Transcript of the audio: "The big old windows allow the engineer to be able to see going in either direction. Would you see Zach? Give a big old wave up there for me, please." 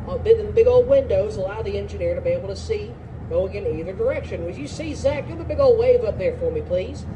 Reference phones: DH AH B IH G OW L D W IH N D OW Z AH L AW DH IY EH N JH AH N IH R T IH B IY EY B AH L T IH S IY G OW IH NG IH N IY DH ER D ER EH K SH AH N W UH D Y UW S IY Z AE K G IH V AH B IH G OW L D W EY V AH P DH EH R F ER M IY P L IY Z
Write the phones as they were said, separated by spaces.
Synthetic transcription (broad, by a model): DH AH B IH G OW L D W IH N D OW Z AH L AW DH IY EH N JH AH N IH R T IH B IY EY B L T IH S IY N OW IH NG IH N IY DH ER D ER EH K SH AH N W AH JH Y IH S IY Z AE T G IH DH AH B IH G OW L D W EY V AH P DH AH R F ER M IY P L IY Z